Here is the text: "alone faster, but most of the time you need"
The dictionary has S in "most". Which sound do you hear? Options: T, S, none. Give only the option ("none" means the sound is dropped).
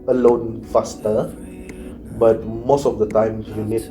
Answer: S